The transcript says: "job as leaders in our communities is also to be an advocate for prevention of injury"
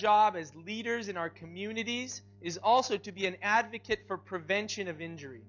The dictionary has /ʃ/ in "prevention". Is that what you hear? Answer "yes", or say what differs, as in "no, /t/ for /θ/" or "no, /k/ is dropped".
yes